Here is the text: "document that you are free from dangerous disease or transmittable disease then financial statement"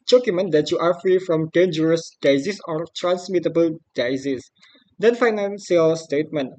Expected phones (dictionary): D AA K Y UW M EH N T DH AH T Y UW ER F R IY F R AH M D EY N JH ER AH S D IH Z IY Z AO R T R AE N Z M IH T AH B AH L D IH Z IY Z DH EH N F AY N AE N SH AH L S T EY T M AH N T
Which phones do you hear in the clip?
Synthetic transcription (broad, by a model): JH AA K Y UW M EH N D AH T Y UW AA F R IY F R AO M D EY N JH ER AH S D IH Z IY S AO R T R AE N S M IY T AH B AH L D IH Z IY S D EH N F AY N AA N S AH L S T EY T M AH N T